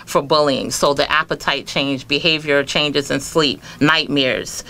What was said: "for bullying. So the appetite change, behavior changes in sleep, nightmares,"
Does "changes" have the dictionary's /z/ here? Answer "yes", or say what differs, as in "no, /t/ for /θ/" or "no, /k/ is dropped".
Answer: yes